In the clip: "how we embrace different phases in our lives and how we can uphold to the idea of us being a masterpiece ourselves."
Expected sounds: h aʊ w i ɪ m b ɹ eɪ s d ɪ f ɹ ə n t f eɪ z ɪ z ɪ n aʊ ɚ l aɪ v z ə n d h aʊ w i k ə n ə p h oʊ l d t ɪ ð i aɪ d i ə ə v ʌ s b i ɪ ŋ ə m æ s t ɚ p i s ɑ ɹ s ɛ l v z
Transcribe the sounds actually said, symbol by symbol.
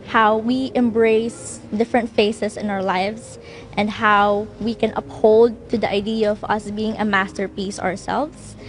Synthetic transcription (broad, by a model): h aʊ w i ɪ m b ɹ eɪ s d ɪ f ɹ ə n t f eɪ s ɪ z ɪ n aʊ ɚ l aɪ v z ə n d h aʊ w i k ə n ə p h oʊ l d t ɪ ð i aɪ d i ə ə v ʌ s b i ɪ ŋ ə m æ s t ɚ p i s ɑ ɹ s ɛ l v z